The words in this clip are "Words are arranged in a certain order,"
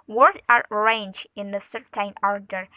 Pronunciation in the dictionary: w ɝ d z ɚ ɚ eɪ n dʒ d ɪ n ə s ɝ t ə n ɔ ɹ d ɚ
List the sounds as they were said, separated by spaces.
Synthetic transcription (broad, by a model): w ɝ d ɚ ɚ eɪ n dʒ ɪ n ə s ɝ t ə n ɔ ɹ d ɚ